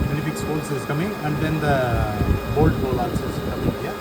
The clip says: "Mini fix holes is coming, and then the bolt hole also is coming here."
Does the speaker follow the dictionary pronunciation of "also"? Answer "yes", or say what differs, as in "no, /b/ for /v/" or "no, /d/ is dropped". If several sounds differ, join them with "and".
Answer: no, /l/ is dropped